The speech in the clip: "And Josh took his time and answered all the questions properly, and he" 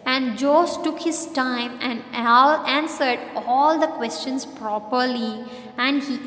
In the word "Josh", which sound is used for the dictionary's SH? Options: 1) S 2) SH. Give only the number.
1